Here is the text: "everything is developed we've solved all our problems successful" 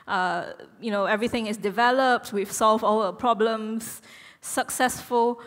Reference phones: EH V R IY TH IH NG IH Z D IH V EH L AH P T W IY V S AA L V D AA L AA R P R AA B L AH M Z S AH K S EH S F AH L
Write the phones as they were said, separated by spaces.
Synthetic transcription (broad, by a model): EH V R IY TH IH NG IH S D IH V EH L AH P T W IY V S AA L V AA L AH P R AA B L AH M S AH K S EH S F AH L